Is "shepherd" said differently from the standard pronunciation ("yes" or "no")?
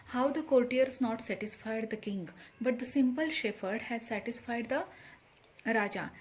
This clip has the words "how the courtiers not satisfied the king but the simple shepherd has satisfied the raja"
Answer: yes